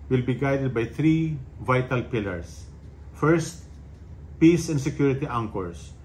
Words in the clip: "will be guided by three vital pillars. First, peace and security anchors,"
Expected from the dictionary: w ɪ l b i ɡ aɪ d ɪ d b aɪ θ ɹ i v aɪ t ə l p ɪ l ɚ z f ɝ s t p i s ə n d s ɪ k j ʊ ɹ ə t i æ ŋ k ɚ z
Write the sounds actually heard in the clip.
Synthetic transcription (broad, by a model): w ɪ l b i ɡ aɪ d ɪ d b aɪ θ ɹ i v aɪ t ə l p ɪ l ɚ s f ɝ s t p i s ə n d s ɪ k j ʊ ɹ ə t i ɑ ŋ k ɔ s